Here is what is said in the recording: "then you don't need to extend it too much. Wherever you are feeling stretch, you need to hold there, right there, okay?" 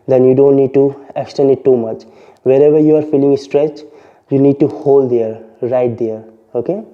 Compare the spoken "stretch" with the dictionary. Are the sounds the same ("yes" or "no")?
yes